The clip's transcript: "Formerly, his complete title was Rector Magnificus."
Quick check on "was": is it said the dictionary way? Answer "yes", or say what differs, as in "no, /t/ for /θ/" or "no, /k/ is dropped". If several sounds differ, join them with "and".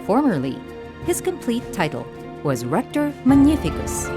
yes